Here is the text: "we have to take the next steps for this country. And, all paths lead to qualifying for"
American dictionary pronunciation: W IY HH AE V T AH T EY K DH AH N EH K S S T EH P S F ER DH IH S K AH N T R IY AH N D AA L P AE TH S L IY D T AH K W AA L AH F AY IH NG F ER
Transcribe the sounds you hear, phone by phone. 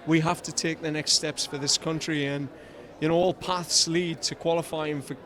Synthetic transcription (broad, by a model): W IY HH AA F T AH T EY K DH AH N EH K S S T EH P S F ER DH IH S K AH N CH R IY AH N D AA L P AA TH S L IY D T AH K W AA L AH F AY IH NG F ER